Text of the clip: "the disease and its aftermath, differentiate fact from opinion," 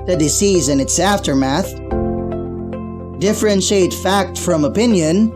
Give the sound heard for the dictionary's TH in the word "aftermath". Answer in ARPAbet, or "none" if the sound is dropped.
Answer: TH